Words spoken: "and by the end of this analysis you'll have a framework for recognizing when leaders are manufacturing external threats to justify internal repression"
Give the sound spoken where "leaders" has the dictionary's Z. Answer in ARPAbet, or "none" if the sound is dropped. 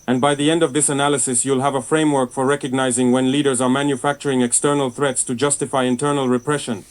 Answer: Z